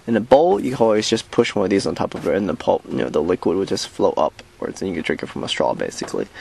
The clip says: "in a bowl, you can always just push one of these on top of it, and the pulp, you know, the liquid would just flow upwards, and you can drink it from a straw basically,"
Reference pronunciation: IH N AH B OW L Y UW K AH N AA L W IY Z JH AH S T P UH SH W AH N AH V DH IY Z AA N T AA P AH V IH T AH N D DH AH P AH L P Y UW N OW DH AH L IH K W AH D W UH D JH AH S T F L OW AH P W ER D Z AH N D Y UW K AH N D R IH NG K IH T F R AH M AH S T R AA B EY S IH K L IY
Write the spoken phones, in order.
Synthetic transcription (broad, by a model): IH N AH B OW L Y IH K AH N AA L W IY Z JH AH S P UH SH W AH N AH V DH IY Z N T AA P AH V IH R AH N DH AH P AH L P Y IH N OW DH AH L IH K W AH D W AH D JH AH S T F L OW AH P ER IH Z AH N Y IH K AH D R IH NG K IH T F R AH M AH S T R AA B EY S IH K L IY